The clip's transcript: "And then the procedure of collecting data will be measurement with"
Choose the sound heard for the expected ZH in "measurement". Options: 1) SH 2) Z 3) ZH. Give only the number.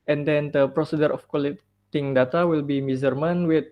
2